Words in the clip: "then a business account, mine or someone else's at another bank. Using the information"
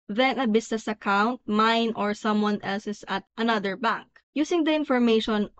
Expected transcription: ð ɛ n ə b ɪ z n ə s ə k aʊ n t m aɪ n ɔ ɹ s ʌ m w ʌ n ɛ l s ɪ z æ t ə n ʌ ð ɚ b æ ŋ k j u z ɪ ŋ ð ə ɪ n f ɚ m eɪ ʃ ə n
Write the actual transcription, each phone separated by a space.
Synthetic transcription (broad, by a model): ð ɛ n ə b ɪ s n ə s ə k aʊ n t m aɪ n ɔ ɹ s ʌ m w ʌ n ɛ l s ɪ s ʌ t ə n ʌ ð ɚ b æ ŋ k j u s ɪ ŋ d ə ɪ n f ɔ m eɪ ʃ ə n